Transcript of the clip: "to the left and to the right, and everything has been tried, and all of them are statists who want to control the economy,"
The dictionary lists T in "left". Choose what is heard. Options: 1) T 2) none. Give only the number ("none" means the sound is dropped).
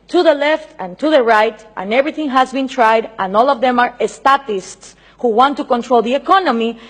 1